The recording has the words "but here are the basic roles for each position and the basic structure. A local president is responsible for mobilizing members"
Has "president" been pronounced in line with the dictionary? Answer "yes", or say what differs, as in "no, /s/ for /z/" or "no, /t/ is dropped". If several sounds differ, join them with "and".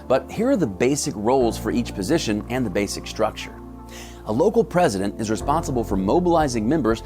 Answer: yes